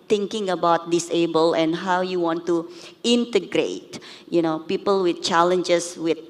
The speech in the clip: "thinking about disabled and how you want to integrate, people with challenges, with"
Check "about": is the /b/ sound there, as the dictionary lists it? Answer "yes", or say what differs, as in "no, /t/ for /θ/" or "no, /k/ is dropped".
yes